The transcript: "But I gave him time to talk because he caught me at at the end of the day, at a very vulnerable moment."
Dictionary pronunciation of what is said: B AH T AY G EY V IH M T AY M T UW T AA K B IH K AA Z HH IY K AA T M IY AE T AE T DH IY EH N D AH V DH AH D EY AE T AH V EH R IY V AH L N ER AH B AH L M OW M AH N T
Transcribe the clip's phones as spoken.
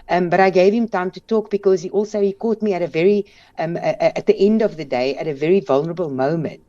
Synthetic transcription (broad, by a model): B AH T AY G EY V IH M T AY M T UW T AA K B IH K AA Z HH IY K AA T M IY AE T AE T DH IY EH N D AH V DH AH D EY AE T AH V EH R IY V AH L N ER AH B AH L M OW M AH N T